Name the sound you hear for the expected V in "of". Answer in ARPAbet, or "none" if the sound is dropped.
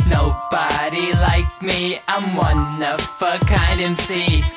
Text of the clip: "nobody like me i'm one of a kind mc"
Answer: F